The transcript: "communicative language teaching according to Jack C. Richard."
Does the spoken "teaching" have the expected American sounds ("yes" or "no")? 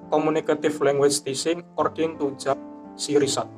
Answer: no